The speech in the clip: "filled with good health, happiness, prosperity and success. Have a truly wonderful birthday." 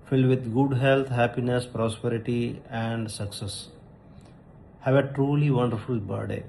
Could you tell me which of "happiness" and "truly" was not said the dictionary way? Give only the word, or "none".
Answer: none